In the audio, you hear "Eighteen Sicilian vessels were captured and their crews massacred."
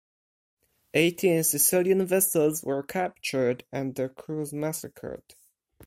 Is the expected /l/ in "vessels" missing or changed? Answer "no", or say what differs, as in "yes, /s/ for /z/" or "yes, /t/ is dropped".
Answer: no